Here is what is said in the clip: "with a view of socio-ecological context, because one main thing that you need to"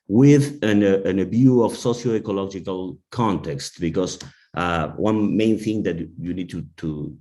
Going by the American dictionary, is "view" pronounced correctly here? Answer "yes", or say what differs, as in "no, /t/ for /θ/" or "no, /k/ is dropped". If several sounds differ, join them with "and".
no, /b/ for /v/